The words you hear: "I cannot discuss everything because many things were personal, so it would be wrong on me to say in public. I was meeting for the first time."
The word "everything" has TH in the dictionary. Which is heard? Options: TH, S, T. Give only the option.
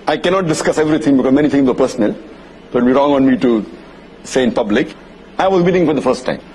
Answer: T